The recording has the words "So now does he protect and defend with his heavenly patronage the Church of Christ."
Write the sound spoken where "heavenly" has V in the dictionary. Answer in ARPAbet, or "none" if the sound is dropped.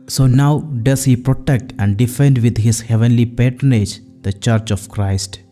V